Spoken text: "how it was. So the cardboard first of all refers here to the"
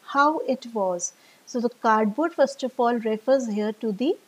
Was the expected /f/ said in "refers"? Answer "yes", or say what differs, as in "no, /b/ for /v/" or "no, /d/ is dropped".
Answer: yes